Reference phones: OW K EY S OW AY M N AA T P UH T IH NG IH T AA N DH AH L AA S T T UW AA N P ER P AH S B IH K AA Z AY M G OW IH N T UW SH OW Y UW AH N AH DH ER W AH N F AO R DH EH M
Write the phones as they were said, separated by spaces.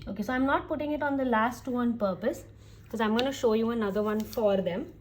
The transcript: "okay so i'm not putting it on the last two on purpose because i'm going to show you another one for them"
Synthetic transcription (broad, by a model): OW K EY S OW AY M N AA T P UH T IH NG IH T AA N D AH L AA S T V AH N P ER P AH S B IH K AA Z AY M G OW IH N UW SH OW Y UW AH N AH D ER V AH N F AO R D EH M